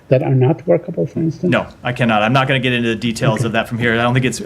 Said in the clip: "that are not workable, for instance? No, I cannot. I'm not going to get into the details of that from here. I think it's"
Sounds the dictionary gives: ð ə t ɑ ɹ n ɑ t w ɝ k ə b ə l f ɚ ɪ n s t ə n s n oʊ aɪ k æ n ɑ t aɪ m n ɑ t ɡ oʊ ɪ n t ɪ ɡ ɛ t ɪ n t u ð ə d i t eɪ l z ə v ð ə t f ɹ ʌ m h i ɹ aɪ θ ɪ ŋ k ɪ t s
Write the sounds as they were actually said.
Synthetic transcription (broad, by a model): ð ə t ɑ ɹ n ɑ t w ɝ k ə b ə l f ɚ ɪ n s t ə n n oʊ aɪ k æ n ɑ t aɪ m n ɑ t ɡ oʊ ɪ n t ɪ ɡ ɛ t ɪ n t u ð ə d i t eɪ l z ə v ð ə t f ɹ ʌ m h i ɹ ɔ θ ɪ ŋ k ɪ t s